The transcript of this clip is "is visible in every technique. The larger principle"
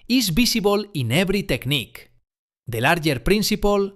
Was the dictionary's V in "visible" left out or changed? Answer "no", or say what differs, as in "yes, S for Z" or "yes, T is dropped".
yes, B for V